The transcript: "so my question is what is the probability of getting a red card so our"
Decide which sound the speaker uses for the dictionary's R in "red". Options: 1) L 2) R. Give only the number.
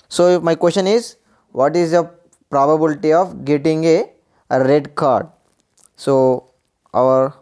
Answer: 2